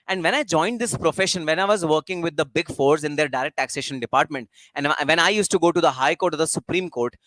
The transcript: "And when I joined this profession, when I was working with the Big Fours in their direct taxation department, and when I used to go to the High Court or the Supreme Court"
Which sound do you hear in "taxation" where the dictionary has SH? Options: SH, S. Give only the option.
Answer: SH